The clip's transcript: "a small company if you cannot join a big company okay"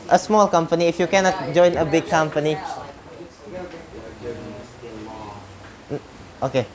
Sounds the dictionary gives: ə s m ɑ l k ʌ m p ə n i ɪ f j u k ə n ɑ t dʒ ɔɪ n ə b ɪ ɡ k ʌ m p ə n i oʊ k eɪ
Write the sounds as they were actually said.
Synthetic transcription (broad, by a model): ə s m ɑ l k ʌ m p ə n i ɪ f j u k ə n ɑ t dʒ ɔɪ n ə b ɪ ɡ k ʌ m p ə n i oʊ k eɪ